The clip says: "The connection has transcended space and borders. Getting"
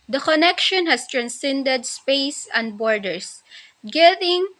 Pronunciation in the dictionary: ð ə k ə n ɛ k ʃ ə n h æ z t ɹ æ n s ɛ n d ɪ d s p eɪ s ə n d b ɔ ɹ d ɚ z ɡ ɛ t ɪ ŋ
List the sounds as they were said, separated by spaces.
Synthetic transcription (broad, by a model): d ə k ə n ɛ k ʃ ə n h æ s t ɹ æ n s ɛ n d ɪ d s p eɪ s ə n d b ɔ ɹ d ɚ s ɡ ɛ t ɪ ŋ